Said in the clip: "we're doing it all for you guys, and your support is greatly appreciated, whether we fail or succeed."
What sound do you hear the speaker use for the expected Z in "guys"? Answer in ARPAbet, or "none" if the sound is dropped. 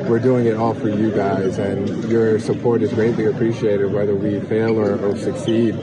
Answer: Z